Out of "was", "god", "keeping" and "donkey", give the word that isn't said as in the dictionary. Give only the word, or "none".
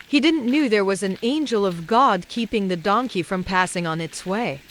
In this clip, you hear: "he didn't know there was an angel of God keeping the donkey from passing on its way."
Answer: none